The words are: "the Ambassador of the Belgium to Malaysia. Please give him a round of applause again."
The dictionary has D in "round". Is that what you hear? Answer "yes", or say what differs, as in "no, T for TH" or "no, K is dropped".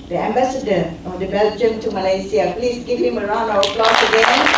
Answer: no, D is dropped